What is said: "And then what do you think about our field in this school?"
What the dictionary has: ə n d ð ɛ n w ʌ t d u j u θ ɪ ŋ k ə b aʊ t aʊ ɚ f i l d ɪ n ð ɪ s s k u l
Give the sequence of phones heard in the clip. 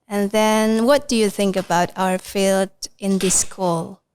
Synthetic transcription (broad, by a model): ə n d ð ɛ n w ʌ t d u j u θ ɪ ŋ k ə b aʊ t aʊ ɚ f i l d ɪ n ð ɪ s s k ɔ l